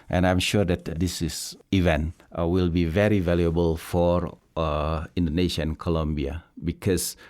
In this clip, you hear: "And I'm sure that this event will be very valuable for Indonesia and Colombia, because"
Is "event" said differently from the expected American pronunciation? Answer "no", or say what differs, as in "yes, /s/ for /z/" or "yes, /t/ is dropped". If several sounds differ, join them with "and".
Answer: no